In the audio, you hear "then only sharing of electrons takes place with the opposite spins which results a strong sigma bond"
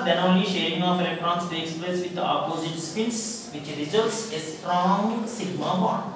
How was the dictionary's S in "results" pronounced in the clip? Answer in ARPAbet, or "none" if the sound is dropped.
S